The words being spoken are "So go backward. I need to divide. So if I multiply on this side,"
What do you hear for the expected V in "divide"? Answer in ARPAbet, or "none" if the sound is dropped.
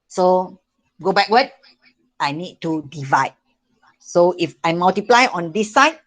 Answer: V